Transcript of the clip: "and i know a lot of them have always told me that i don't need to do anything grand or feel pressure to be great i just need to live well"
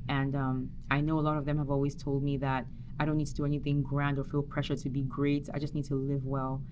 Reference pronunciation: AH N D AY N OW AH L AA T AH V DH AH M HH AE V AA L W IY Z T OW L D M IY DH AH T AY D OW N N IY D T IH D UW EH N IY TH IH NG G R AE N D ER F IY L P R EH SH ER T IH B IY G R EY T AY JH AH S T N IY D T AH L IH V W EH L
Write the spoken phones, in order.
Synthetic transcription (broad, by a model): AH N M AY N OW AH L AA T AH V DH AH M HH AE V AA L W IY Z T OW L D M IY DH AH T AY D OW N N IY D T IH D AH EH N IY TH IH NG G R AE N D ER F IY L P R EH SH ER T IH B IY G R EY T AY JH AH S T N IY D T AH L IH V W EH L